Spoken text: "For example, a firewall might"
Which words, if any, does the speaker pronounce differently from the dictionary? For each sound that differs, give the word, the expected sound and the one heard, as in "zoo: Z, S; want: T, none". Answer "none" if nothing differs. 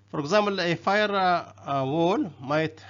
example: P, none